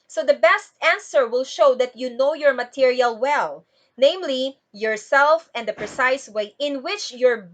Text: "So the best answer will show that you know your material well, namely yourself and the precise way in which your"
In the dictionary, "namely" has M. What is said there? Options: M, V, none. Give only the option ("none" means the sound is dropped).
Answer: M